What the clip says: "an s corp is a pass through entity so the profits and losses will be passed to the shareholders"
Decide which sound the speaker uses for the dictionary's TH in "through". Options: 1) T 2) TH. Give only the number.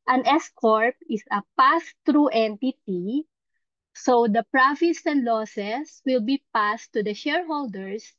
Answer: 1